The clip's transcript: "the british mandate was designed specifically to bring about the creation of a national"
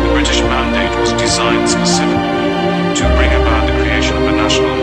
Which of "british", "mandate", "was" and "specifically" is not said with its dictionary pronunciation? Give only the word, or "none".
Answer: specifically